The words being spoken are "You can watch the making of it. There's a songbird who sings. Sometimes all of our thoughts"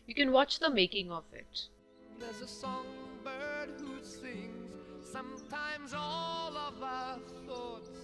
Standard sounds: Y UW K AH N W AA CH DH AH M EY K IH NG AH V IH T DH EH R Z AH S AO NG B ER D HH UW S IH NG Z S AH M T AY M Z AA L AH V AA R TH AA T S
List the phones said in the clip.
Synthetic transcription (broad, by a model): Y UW K AH N W AA CH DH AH M EY K IH NG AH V IH T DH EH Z AH S AO NG B ER D HH UW S IH NG Z S AH M T AY M Z AA L AH V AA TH AA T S